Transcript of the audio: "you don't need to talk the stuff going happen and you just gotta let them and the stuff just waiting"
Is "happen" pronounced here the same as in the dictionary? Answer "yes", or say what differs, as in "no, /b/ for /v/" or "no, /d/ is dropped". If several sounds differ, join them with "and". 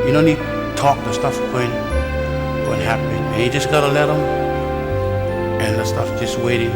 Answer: no, /n/ is dropped